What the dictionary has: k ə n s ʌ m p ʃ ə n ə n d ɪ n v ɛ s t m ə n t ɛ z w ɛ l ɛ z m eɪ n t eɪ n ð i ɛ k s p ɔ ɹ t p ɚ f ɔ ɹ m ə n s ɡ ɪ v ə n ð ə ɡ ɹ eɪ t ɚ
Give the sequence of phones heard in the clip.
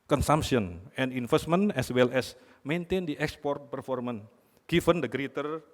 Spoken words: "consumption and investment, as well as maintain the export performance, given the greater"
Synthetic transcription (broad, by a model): k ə n s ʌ m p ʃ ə n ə n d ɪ n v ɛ s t m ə n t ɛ s w ɛ l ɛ s m eɪ n t eɪ n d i ɛ k s p ɔ ɹ t p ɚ f ɔ ɹ m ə n ɡ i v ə n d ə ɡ ɹ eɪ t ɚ